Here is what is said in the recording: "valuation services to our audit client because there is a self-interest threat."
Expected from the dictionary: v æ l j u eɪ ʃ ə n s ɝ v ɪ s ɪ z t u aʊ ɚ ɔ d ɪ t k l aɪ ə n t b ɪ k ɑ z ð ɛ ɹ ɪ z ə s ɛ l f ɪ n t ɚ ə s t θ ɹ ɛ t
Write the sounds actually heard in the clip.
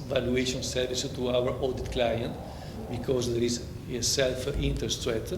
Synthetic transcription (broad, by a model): v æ l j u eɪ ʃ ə n s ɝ v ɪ s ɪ t u aʊ ɚ ɔ d ɪ t k l aɪ ə n t b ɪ k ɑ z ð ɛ ɹ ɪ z ə s ɛ l f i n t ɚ s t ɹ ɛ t